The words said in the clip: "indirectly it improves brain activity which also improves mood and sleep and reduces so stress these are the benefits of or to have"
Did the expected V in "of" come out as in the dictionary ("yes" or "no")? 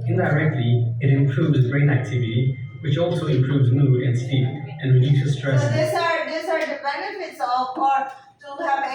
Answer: no